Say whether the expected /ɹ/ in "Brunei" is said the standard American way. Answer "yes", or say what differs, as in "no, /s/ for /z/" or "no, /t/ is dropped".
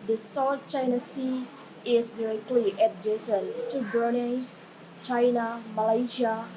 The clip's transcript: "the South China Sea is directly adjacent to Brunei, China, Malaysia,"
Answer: no, /ɹ/ is dropped